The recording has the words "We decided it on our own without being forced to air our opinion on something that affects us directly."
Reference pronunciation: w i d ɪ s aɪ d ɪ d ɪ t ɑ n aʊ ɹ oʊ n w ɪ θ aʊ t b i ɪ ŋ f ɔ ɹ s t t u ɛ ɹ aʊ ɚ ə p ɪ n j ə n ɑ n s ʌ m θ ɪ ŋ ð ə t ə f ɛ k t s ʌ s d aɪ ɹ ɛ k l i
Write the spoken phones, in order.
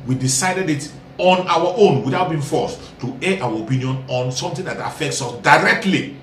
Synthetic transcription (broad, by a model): w i d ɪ s aɪ d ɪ d ɪ t ɑ n aʊ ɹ oʊ n w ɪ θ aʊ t b i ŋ f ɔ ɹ s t t u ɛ aʊ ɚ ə p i n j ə n ɑ n s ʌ m t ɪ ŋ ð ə t ə f ɛ k t s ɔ s d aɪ ɹ ɛ k l i